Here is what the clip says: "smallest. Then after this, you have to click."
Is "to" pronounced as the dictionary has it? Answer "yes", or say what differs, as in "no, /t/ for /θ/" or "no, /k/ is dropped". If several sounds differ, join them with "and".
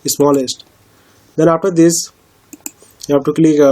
yes